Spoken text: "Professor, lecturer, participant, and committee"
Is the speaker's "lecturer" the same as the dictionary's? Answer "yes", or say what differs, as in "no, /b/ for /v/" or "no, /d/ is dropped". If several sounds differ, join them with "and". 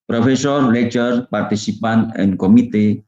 no, /k/ is dropped